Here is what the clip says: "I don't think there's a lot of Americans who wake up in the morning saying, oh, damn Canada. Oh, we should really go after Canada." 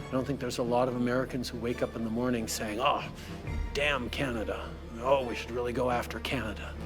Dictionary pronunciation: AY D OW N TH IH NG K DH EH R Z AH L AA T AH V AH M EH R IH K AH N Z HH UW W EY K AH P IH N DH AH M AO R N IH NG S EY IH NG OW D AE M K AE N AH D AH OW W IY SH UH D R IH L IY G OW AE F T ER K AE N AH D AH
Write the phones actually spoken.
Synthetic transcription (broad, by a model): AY D OW N TH IH NG K DH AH R Z AH L AA T AH V AH M EH R IH K AH N Z HH UW W EY K AH P IH N DH AH M AO R N IH NG S EY IH NG OW D AE M K AE N AH D AH OW W IY SH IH D R IH L IY G OW AE F T ER K AE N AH D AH